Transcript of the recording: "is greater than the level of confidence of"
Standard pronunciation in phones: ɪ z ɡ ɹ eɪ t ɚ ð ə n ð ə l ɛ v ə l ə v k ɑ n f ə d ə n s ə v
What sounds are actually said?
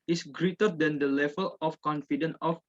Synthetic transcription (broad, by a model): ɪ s ɡ ɹ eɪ t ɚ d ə n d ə l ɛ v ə l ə f k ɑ n f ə d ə n ə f